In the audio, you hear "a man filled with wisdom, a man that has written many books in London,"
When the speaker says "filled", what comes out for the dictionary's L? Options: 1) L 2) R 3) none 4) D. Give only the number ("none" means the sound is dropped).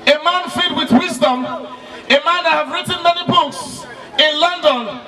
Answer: 3